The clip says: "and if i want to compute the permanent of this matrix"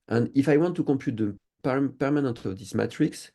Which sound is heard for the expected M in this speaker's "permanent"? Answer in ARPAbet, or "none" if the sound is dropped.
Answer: M